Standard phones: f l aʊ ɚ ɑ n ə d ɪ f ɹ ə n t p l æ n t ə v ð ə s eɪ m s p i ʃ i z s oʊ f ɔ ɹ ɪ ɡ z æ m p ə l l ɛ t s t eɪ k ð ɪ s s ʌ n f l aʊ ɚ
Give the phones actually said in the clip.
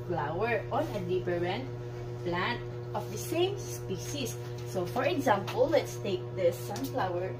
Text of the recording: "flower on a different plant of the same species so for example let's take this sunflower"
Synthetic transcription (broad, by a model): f l aʊ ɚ ɑ n ə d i p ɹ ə n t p l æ n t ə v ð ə s eɪ m s p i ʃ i s oʊ f ɔ ɹ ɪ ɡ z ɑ m p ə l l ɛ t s t eɪ k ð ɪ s s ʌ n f l aʊ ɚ